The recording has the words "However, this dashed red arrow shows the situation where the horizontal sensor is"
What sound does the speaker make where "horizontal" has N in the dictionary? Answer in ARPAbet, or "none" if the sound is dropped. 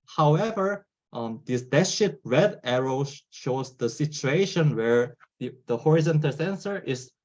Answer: N